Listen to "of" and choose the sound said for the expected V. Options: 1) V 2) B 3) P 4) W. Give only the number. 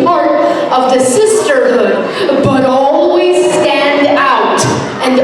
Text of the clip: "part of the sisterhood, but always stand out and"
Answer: 1